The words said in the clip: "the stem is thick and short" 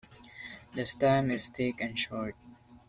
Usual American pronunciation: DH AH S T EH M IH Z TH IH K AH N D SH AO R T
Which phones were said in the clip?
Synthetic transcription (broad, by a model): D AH S T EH M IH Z T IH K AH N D SH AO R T